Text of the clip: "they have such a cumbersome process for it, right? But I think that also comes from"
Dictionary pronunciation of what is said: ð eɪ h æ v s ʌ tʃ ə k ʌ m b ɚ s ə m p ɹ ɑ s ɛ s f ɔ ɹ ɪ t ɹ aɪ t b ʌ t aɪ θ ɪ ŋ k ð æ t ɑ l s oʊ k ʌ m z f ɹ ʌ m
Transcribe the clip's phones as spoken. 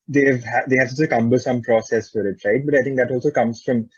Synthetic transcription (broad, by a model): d eɪ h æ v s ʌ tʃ ə k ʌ m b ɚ s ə m p ɹ ɑ s ɛ s f ɔ ɹ ɪ t ɹ aɪ t b ʌ t aɪ t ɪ ŋ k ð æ t ɑ l s oʊ k ʌ m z f ɹ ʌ m